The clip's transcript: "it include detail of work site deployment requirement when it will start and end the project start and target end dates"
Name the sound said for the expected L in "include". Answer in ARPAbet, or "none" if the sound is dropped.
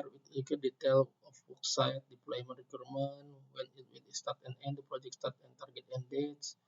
none